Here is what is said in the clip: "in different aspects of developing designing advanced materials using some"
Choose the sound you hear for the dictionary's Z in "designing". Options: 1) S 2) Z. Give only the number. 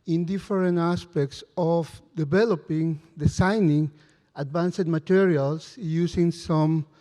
1